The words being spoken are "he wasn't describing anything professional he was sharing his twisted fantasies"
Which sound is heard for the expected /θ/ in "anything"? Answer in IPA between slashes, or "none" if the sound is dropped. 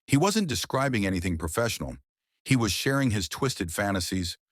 /θ/